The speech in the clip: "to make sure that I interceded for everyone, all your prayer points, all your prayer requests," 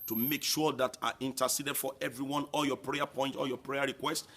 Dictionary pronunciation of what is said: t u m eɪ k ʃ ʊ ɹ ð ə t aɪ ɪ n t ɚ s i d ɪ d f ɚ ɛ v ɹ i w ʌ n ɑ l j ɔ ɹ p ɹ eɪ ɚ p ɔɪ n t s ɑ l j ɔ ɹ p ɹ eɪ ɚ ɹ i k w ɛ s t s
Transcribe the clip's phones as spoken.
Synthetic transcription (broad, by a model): t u m eɪ k ʃ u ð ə t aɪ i n t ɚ s i d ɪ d f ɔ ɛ v ɹ i w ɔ n ɑ l j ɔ p ɹ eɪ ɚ p ɔɪ n t ɑ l j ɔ p ɹ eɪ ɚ ɹ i k w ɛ s t